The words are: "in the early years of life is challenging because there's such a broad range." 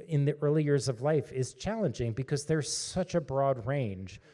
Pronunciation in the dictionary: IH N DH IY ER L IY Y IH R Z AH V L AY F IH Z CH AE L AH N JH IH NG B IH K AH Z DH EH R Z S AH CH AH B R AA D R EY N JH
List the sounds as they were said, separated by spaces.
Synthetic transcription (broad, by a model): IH N DH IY ER L IY Y IH R Z AH V L AY F IH Z CH AE L AH N JH IH NG B IH K AH Z DH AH R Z S AH CH AH B R AA D R EY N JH